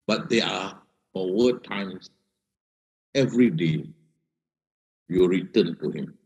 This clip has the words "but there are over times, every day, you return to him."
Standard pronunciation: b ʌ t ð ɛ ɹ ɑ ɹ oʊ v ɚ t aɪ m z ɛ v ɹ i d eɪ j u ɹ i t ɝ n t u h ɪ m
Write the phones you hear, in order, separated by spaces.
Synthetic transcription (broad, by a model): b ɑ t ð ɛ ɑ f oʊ ɚ t aɪ m s ɛ v ɹ i d eɪ j u ɹ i t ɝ n t u h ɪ m